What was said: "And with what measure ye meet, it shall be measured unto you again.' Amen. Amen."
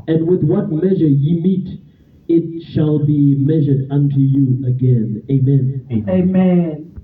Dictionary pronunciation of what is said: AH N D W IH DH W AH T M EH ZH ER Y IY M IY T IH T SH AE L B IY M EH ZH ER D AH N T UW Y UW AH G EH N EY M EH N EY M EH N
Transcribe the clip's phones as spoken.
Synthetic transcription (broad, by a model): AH N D W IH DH W AH T M EH ZH ER Y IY M IY T IH T SH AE L B IY M EH ZH ER D AH N T UW Y UW AH G EH N EY M EH N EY M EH N